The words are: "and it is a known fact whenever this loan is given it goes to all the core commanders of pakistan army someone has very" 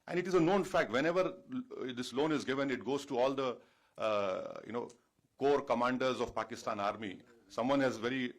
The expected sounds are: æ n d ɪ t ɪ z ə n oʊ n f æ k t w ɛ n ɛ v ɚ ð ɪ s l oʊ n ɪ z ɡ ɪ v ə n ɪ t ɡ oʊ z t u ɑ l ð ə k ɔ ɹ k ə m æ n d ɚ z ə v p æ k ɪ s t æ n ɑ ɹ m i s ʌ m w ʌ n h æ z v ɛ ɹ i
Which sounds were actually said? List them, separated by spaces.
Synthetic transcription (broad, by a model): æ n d ɪ t ɪ z ə n oʊ n f æ k t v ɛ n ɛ v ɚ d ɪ s l oʊ n ɪ z ɡ ɪ v ə n ɪ t ɡ oʊ z t u ɑ l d ə k ɔ ɹ k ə m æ n d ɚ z ə v p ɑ k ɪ s t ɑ n ɑ ɹ m i s ʌ m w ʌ n h æ z v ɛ ɹ i